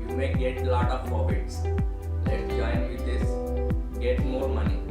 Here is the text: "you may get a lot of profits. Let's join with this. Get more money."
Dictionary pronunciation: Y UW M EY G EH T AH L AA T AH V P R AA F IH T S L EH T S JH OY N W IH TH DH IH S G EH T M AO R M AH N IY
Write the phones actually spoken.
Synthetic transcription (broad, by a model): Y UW M EY G EH T L AA T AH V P AA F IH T S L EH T JH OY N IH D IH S G EH T M AO R M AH N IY